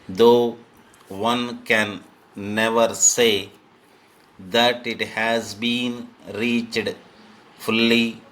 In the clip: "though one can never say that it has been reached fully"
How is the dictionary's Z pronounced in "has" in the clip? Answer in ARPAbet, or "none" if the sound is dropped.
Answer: Z